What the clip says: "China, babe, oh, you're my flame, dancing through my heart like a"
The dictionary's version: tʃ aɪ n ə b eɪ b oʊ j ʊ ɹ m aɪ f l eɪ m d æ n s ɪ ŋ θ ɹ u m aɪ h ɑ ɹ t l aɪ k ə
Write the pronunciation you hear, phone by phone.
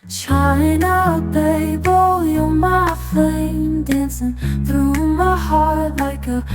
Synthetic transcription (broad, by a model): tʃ aɪ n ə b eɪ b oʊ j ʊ m aɪ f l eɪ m d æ n s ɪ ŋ θ ɹ u m aɪ h ɑ ɹ t l aɪ k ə